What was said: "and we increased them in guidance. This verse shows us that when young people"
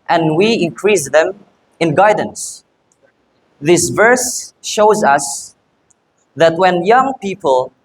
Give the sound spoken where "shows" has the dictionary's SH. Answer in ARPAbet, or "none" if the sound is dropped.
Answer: SH